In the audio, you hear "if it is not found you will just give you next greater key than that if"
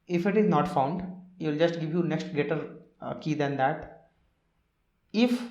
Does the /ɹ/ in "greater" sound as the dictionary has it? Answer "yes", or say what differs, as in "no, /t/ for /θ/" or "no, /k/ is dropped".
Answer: no, /ɹ/ is dropped